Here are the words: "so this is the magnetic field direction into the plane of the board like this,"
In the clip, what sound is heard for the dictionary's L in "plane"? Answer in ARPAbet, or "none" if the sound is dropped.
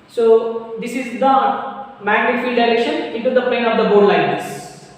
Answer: none